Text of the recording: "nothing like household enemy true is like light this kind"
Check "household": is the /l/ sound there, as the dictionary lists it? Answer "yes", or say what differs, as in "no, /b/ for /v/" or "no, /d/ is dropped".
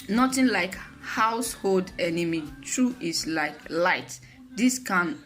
yes